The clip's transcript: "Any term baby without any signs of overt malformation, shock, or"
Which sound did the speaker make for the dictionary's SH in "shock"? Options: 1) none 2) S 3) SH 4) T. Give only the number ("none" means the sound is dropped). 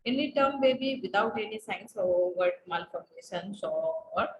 2